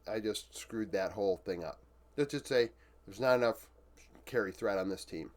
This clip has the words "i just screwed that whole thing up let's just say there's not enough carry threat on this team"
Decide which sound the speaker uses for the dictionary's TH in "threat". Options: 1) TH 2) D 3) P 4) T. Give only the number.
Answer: 1